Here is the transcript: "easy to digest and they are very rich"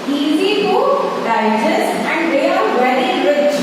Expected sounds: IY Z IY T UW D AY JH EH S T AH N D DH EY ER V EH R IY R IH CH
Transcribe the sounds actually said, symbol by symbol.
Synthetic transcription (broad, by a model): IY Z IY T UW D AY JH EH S AH N D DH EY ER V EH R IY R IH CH